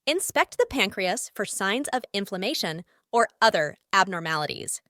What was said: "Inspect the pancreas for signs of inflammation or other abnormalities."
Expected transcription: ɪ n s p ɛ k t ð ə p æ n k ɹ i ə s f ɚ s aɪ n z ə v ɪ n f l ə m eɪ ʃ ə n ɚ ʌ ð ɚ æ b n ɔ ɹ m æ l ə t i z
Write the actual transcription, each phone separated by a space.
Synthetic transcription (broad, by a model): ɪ n s p ɛ k t ð ə p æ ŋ k ɹ i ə s f ɚ s aɪ n z ə v ɪ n f l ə m eɪ ʃ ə n ɚ ʌ ð ɚ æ b n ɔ ɹ m æ l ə t i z